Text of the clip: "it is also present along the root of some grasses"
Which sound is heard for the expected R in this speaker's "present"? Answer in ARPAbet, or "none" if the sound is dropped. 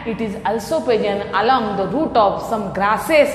none